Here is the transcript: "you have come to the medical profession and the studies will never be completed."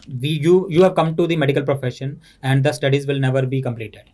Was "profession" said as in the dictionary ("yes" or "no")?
yes